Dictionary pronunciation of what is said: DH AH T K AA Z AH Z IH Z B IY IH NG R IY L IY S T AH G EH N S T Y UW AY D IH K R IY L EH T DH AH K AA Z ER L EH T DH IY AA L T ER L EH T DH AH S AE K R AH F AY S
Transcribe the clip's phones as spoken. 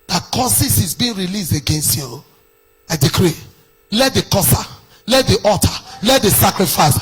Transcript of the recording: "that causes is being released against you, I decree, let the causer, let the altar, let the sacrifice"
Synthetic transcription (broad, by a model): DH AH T K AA S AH S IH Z B IY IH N R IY L IY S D AH G EH N S T Y UW AY D IH K R IY L EH T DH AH K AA S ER L EH T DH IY AA T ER L EH T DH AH S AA K R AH F AY S